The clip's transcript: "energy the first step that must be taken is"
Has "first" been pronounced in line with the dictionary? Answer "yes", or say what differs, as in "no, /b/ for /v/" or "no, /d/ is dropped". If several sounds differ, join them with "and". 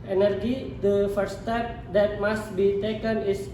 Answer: no, /s/ is dropped